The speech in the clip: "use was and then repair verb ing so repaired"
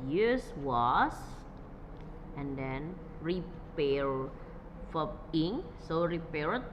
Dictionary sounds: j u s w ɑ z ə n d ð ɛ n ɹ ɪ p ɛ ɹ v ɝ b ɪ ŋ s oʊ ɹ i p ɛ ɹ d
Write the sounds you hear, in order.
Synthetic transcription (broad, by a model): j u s w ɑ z ə n d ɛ n ɹ ɪ p ɛ ɹ f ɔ ɪ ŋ s oʊ ɹ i p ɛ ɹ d